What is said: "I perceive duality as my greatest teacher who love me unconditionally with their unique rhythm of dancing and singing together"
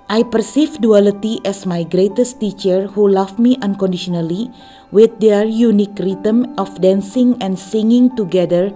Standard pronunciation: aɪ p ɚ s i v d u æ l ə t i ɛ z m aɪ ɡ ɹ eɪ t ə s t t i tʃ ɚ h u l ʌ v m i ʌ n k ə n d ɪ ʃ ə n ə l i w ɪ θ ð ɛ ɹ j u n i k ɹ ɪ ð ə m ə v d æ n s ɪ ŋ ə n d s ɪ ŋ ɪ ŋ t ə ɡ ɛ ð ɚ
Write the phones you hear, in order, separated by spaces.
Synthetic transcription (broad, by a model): aɪ p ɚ s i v d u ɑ l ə t i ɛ s m aɪ ɡ ɹ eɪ t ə s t t i tʃ ɚ h u l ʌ f m i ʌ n k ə n d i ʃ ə n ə l i w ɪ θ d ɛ ɹ j u n i k ɹ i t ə m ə f d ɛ n s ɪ ŋ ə n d s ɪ ŋ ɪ ŋ t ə ɡ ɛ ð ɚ